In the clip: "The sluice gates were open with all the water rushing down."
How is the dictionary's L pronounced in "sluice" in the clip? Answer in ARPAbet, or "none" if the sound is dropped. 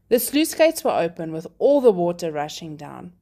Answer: L